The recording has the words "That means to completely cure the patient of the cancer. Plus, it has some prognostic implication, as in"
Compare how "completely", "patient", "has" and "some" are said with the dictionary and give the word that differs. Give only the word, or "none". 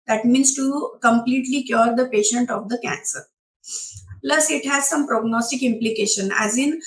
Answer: none